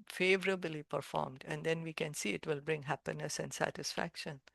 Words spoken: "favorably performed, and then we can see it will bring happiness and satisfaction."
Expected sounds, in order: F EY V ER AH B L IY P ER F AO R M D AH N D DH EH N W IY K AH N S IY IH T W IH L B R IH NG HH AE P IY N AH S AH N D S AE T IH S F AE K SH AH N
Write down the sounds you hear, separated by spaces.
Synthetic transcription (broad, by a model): F EY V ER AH B L IY P ER F AO R M D AH N D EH N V IY K AH N S IY IH T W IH L B R IH NG HH AE P IY N AH S AH N D S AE T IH S F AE K SH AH N